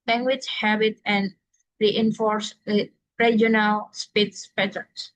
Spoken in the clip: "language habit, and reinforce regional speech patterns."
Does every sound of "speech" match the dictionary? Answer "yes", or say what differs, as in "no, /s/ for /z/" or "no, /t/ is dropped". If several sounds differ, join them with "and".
no, /s/ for /tʃ/